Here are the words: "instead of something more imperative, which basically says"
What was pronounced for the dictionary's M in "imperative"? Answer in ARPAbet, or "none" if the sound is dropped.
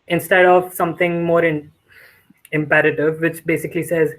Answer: M